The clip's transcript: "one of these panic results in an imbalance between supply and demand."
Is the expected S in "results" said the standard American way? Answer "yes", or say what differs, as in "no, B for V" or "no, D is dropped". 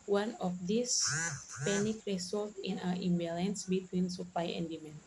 no, S is dropped